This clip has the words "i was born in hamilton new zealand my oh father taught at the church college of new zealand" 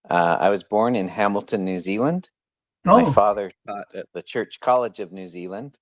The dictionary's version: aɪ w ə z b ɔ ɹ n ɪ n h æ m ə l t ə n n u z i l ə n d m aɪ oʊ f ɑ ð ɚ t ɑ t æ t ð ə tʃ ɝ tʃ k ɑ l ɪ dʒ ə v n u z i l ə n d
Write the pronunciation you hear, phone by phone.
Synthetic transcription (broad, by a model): aɪ w ə z b ɔ ɹ n ɪ n h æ m l t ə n n u z i l ə n d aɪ f ɑ ð ɚ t ɑ t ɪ t ð ə tʃ ɝ tʃ k ɑ l ɪ dʒ ə v n u z i l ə n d